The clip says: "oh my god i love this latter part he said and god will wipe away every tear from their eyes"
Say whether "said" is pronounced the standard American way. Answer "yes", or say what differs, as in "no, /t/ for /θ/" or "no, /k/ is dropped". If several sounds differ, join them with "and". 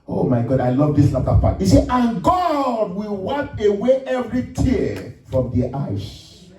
no, /d/ is dropped